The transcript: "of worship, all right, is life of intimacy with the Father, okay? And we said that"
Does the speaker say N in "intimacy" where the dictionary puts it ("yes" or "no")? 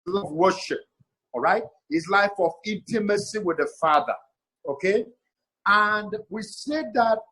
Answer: yes